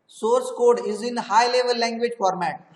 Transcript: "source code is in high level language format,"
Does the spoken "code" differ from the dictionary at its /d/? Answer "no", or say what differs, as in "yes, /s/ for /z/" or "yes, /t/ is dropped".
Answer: no